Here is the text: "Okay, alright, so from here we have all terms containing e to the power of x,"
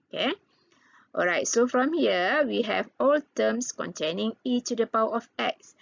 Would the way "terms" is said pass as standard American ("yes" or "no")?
no